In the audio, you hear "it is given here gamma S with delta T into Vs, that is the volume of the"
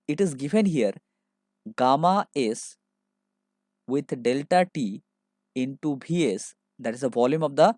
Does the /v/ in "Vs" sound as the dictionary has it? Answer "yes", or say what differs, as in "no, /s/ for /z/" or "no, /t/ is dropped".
no, /b/ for /v/